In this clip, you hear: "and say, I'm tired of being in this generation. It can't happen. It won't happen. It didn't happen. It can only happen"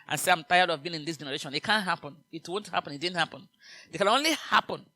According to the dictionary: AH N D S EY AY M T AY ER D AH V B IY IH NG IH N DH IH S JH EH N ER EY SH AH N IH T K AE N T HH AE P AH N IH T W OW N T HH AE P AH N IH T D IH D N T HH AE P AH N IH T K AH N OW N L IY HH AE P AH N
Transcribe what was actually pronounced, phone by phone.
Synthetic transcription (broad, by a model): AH N S EY AY M T AY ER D AH V B IY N IH N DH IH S JH EH N ER EY SH AH N IH T K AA N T HH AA P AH N IH T W OW N T HH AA P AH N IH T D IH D N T HH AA P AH N IH T K AH N OW N L IY HH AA P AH N